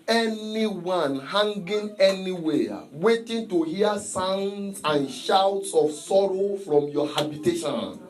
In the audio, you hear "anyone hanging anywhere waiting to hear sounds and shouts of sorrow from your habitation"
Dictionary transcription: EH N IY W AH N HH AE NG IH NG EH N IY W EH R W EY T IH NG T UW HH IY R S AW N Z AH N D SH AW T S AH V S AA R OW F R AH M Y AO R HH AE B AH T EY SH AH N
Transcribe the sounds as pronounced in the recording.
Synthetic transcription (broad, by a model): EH N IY W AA N HH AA NG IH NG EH N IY W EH W EY T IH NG T UW HH IY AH S AW N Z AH N SH AW T S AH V S AA R OW F R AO M Y AO HH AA B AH T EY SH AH N